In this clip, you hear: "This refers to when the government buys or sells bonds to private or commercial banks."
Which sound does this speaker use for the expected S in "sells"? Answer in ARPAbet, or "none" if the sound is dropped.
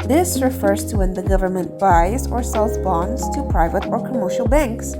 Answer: S